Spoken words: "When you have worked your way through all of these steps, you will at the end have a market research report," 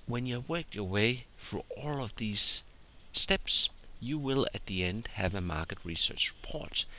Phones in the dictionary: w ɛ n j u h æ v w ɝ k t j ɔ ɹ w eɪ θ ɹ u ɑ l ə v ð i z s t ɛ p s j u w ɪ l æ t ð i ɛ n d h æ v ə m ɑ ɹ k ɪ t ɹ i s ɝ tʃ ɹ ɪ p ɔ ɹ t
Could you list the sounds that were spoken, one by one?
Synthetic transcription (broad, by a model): w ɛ n j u w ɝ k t j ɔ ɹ w eɪ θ ɹ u ɑ l ə v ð i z s t ɛ p s j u w ɪ l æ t ð i ɛ n d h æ v ə m ɑ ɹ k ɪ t ɹ i s ɝ tʃ ɹ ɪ p ɔ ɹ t